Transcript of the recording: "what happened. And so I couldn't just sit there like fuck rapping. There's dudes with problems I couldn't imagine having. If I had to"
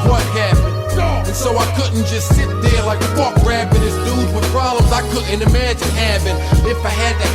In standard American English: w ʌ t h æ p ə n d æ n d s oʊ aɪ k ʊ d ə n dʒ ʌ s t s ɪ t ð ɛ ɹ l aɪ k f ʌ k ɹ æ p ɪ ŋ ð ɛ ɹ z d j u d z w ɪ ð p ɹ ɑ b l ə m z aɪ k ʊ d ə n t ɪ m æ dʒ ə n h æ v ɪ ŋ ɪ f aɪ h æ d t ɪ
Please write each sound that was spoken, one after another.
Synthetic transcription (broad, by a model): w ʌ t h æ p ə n n s oʊ aɪ k ʊ d n dʒ ʌ s t s ɪ t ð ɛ ɹ l aɪ k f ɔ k ɹ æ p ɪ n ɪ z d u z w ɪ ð p ɹ ɑ b l ə m z aɪ k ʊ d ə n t ɪ m æ dʒ ə n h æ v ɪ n ɪ f aɪ h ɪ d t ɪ